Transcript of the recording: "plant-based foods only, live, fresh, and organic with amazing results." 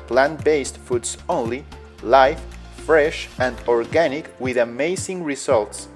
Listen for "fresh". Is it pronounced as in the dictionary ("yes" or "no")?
yes